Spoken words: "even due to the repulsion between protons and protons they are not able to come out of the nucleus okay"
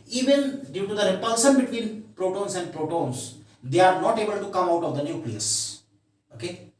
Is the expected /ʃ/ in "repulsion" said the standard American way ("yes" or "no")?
no